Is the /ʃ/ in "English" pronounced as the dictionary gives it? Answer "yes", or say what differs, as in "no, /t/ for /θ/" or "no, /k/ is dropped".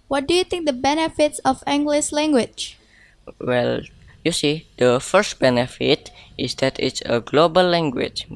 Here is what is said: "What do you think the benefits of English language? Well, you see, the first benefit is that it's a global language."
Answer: no, /s/ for /ʃ/